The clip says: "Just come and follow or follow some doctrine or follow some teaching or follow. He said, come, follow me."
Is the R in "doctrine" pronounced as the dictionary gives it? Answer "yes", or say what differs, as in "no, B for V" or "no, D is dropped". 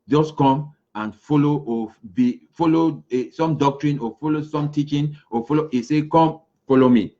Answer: yes